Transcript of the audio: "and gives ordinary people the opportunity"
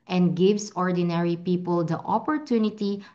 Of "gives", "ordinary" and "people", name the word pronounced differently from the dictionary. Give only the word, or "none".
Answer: gives